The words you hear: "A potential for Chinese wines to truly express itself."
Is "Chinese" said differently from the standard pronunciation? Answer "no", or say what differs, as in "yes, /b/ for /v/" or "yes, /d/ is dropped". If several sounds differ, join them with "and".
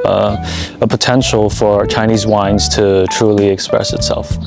no